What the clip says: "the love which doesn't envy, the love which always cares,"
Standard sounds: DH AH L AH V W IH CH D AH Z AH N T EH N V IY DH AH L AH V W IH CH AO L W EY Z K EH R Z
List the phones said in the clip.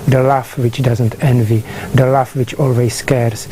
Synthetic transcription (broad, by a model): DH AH L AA F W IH CH D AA Z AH N T EH N V IY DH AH L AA F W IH CH AO L W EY S K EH R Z